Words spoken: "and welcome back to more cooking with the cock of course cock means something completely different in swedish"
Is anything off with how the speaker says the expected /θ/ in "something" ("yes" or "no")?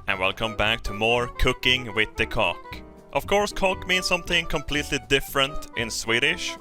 no